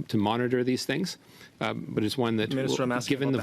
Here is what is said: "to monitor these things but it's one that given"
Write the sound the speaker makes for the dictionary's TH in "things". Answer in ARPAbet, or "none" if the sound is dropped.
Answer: TH